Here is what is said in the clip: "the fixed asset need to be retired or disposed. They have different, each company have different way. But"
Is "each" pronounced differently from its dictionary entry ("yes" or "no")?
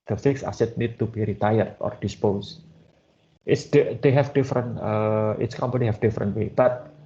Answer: yes